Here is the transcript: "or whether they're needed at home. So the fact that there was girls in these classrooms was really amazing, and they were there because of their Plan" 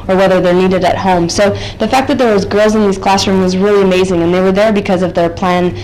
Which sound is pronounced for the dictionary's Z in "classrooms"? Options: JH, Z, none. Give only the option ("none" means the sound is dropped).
none